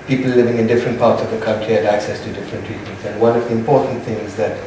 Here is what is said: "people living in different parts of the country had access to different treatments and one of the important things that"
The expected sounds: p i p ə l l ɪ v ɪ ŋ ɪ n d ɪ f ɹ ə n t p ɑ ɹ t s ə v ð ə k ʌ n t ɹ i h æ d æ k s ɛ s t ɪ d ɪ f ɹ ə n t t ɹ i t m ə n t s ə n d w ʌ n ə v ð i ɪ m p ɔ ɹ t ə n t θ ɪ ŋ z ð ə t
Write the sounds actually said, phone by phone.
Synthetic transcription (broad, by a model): p i p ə l l ɪ v ɪ ŋ ɪ n d ɪ f ɹ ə n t p ɑ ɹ t s ə v ð ə k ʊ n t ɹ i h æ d æ k s ɛ s t ɪ d ɪ f ɹ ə n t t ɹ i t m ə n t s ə n w ʌ n ə v ð i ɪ m p ɔ ɹ t n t θ ɪ ŋ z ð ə t